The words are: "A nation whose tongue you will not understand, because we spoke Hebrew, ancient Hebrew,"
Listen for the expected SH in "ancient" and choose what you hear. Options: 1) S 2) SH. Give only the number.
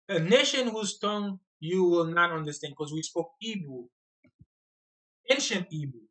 2